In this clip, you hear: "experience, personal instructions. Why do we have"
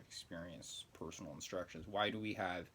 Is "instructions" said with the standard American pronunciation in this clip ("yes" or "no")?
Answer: yes